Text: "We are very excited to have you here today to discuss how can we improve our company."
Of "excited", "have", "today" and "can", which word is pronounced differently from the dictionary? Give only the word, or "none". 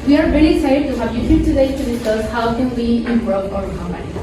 excited